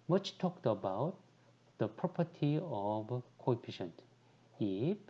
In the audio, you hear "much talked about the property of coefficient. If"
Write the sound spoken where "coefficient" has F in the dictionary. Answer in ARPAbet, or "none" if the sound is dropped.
P